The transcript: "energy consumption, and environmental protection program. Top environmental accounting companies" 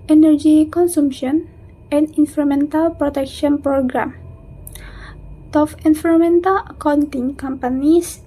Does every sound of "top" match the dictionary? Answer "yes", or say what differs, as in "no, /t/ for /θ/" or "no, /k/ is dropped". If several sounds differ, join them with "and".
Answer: no, /f/ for /p/